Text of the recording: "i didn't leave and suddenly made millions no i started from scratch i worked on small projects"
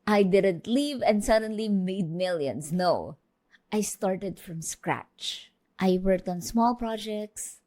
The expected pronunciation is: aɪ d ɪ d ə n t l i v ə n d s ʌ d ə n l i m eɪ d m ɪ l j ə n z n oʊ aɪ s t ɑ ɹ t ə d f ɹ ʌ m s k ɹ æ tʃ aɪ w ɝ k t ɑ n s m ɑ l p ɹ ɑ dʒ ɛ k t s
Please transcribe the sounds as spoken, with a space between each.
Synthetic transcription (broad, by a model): aɪ d ɪ d ə n t l i v ə n d s ʌ d ə n l i m eɪ d m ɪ l j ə n s n oʊ aɪ s t ɑ ɹ t ə d f ɹ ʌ m s k ɹ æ tʃ aɪ w ɝ k t ɑ n s m ɑ l p ɹ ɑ dʒ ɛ k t s